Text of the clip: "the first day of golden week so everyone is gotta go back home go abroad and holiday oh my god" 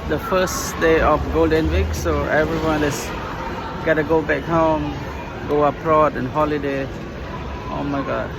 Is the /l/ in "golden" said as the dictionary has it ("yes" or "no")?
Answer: yes